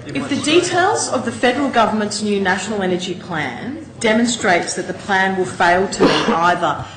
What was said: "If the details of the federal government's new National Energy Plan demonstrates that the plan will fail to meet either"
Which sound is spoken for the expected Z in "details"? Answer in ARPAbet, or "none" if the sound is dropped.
Z